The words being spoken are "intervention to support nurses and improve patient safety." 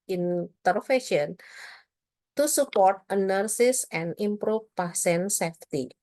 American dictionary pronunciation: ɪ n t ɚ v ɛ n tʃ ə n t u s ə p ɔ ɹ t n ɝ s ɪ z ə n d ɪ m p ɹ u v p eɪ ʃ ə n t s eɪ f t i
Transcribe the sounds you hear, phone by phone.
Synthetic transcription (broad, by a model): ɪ n t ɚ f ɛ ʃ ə n t u s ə p ɔ ɹ t n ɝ s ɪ s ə n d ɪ m p ɹ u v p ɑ s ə n s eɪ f t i